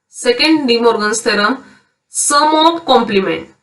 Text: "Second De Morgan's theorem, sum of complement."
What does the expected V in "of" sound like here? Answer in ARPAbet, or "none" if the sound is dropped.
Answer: P